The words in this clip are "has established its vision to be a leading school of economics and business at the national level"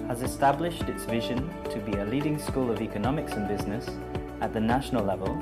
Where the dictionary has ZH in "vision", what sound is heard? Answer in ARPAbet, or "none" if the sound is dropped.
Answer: ZH